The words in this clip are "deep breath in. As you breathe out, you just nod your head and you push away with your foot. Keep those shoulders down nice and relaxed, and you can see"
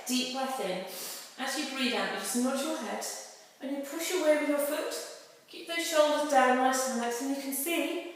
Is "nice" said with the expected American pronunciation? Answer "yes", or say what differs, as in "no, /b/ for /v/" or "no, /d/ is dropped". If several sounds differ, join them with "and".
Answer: no, /l/ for /n/